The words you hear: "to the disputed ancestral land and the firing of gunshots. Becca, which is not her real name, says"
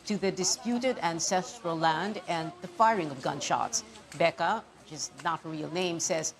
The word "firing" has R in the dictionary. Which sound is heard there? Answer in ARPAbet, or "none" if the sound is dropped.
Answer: R